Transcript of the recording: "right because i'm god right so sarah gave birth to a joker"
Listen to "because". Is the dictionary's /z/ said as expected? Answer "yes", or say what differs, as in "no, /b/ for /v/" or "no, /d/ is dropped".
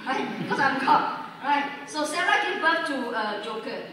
no, /s/ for /z/